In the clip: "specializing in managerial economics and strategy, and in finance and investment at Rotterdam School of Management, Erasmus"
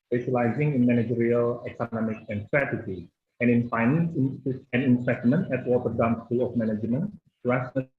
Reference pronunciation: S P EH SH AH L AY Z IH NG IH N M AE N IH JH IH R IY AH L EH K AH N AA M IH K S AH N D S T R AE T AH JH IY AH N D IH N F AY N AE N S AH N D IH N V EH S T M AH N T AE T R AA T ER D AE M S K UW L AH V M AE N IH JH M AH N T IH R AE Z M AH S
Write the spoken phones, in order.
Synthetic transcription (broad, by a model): S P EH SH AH L AY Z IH NG IH N M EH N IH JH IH R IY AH L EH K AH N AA M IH K AH N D S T R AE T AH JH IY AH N IH N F AY N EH N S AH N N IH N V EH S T M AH N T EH T W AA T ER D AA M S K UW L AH F M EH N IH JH M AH N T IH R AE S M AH